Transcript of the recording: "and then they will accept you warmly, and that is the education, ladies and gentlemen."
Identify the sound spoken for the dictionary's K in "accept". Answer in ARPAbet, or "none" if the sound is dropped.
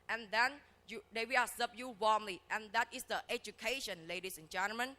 none